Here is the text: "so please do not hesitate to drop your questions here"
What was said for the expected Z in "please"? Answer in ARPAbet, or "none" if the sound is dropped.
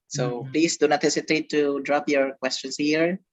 S